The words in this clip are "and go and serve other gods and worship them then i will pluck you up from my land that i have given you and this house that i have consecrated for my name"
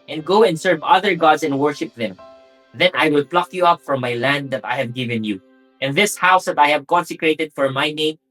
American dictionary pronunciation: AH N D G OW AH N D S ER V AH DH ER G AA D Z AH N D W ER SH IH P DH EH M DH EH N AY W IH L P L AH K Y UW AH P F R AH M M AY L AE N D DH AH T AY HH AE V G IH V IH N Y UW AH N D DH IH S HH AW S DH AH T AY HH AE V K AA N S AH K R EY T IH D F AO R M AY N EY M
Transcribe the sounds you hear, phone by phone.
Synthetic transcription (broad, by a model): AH N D G OW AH N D S ER V AH DH ER G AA D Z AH N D W ER SH IH P DH EH M DH EH N AY W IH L P L AH K Y UW AH P F R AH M M AY L AE N D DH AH T AY HH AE V G IH V IH N Y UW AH N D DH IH S HH AW S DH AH T AY HH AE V K AA N S AH K R EY T IH D F AO R M AY N EY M